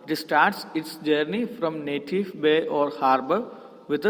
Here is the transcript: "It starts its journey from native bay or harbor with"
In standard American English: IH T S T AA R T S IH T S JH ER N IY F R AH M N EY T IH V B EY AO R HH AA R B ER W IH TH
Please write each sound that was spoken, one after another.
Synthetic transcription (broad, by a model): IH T S T AA R T S IH T S JH ER N IY F R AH M N EY T IH V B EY AO R HH AA R B ER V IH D